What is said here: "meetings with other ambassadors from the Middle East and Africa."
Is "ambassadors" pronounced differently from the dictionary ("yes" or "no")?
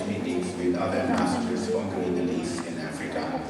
yes